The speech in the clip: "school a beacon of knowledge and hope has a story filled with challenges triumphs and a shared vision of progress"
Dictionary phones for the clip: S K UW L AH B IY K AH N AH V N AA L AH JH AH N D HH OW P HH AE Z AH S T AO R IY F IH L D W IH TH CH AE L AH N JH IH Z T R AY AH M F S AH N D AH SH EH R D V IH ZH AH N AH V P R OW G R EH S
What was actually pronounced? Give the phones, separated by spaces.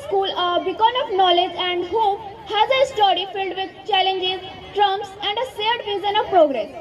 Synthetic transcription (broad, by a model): S K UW L AH B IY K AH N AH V N AA L AH JH AH N D HH OW P HH AE Z AH S T AO R IY F IH L D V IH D CH AE L AH N JH IH Z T R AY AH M S AH N D AH S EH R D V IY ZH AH N AH V P R OW G R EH S